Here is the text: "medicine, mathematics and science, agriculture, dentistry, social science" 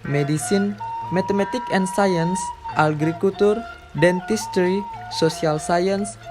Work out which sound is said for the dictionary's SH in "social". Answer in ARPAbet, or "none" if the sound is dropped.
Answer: S